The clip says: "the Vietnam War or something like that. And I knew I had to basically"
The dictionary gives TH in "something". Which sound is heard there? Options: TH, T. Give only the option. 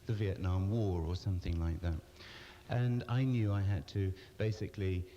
TH